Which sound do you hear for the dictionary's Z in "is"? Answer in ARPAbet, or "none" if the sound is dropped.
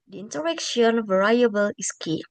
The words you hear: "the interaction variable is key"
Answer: S